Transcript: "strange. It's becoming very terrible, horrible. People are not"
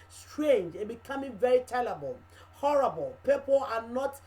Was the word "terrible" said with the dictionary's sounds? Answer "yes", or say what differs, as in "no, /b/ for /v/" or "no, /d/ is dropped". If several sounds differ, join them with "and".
no, /l/ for /ɹ/